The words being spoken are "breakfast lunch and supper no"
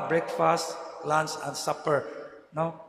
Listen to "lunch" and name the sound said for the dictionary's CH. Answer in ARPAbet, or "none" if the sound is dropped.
S